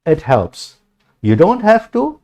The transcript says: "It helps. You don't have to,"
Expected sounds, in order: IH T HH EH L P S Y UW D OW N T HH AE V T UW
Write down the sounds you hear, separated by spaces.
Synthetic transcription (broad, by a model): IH T HH EH L P S Y UW D OW N T HH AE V T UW